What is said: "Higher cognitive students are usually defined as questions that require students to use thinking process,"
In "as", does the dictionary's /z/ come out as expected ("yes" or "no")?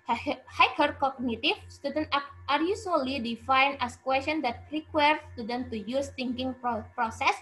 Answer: no